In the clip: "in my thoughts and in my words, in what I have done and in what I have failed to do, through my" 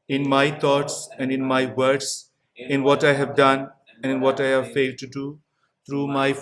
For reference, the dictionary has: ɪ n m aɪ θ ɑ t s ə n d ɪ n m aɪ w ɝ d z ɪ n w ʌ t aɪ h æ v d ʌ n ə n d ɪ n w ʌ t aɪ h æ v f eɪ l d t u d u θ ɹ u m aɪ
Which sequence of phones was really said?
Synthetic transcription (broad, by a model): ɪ n m aɪ t ɑ t s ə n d ɪ n m aɪ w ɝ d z ɪ n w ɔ t aɪ h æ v d ʌ n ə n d ɪ n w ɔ t aɪ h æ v f eɪ l d t u d u t ɹ u m aɪ